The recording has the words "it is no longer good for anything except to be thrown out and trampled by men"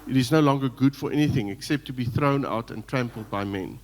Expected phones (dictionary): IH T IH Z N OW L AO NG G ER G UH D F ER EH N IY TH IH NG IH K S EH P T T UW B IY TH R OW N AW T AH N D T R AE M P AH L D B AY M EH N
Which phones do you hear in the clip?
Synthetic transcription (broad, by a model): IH T IH Z N OW L AO NG G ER G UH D F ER EH N IY TH IH NG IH K S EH P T T UW B IY TH R OW N AW T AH N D T R AE M P AH L D B AY M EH N